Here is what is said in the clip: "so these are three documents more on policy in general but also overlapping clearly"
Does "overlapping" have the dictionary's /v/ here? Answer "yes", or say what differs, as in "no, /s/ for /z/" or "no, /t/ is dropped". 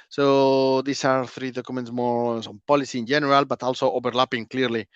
no, /b/ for /v/